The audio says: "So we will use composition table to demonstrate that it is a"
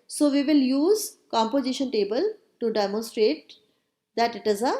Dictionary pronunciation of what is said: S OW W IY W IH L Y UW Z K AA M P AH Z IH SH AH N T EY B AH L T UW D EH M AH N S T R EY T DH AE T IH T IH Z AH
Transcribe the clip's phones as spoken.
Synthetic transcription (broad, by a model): S OW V IY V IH L Y UW Z K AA M P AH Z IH SH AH N T EY B AH L T UW D EH M AH N S T R EY T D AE T IH T IH Z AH